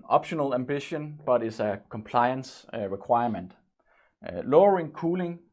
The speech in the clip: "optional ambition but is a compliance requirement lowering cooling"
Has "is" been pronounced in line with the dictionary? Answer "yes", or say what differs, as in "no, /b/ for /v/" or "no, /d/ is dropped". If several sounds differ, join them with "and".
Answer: no, /s/ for /z/